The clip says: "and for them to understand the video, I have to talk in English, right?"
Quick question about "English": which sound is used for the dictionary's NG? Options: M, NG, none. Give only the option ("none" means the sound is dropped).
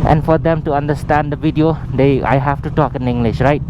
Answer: NG